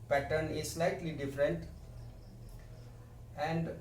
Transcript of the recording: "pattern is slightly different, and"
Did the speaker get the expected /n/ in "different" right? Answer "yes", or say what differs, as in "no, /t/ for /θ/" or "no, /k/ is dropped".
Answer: yes